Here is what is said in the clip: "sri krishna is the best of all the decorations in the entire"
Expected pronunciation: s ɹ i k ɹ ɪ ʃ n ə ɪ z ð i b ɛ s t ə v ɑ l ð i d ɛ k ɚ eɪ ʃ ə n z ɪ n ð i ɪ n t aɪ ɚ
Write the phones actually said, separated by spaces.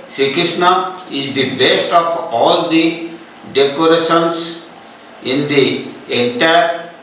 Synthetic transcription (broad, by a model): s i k ɪ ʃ n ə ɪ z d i b ɛ s t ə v ɑ l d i d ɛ k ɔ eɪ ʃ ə n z ɪ n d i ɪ n t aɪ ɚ